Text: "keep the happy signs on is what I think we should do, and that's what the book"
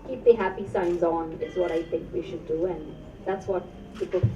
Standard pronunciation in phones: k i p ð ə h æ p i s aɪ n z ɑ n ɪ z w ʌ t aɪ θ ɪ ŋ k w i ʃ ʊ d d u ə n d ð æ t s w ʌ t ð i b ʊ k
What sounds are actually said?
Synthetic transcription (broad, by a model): k i p ð ə h æ p i s aɪ n z n ɪ z w ʌ t aɪ θ ɪ ŋ k w i ʃ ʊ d d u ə n ð æ t s w ʌ t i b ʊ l